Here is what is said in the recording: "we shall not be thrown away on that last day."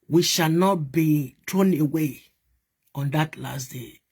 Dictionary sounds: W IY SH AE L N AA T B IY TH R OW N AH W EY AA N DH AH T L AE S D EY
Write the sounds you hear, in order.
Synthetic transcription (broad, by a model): W IY SH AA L N AA T B IY T R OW N AH W EY AA N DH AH T L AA S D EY